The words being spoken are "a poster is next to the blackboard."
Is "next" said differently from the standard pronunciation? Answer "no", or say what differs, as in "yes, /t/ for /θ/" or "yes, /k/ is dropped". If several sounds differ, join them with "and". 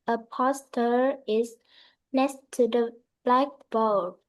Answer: yes, /k/ is dropped